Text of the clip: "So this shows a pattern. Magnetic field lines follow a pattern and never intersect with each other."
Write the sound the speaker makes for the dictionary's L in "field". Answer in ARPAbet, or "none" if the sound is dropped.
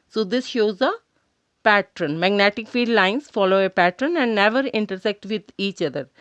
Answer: none